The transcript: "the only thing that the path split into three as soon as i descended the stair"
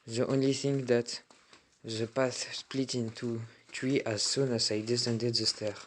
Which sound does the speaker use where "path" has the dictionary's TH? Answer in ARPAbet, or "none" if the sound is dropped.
S